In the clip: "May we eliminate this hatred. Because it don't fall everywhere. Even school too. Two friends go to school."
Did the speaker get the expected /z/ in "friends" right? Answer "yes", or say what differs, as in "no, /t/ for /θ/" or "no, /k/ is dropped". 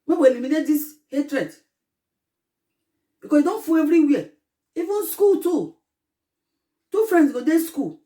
no, /s/ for /z/